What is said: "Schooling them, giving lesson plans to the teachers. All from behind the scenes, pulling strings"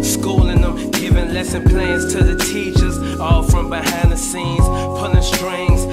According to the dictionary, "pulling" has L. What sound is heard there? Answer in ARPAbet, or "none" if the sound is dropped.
N